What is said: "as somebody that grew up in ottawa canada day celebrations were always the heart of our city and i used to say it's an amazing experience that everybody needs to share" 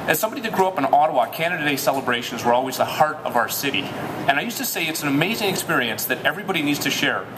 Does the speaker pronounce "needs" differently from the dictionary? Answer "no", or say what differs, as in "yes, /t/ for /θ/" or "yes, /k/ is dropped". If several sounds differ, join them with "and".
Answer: no